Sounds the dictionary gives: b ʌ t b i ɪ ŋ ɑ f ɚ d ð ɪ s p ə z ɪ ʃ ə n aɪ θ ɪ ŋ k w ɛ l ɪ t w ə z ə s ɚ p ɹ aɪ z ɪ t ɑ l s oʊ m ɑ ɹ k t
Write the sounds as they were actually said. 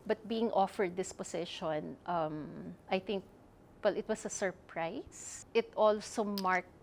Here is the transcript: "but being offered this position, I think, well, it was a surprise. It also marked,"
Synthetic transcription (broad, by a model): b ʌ t b i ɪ ŋ ɑ f ɚ d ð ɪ s p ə s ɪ ʃ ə n aɪ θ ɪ ŋ k w ɛ l ɪ t w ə s ə s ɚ p ɹ aɪ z ɪ t ɑ l s oʊ m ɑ ɹ k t